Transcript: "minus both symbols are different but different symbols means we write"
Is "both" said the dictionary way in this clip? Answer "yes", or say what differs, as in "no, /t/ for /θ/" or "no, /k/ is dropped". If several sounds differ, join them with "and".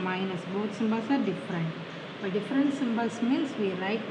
no, /t/ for /θ/